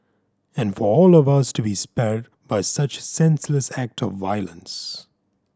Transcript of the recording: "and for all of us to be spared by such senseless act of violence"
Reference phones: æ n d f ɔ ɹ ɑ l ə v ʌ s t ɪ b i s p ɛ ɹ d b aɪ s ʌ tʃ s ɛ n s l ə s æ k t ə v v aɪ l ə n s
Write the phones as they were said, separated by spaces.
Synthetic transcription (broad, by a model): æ n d f ɔ ɹ ɑ l ə v ʌ s t ɪ b i s p ɛ ɹ d b aɪ s ʌ tʃ s ɛ n s l ə s æ k t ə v v aɪ l ə n s